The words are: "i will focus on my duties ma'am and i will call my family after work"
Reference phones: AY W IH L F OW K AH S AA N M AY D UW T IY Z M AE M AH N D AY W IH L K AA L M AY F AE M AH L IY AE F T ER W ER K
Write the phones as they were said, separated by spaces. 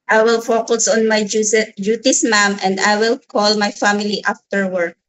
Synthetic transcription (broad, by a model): AY W IH L F OW K AH S AA N M AY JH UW T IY S M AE M AH N D AY W IH L K AA L M AY F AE M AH L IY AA F T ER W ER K